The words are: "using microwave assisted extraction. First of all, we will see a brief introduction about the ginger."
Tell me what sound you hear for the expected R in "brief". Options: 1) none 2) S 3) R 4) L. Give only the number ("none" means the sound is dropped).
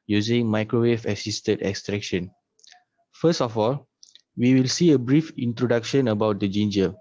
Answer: 3